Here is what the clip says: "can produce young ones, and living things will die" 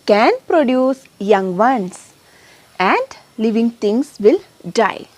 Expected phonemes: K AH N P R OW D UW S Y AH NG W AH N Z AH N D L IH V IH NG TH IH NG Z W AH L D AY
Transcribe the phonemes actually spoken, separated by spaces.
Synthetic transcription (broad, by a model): K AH N P R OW D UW S Y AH NG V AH N S AH N D L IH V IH NG T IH NG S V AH L D AY